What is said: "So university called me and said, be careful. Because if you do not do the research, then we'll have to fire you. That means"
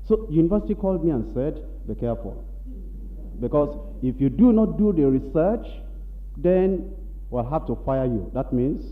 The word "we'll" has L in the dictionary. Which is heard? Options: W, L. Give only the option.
L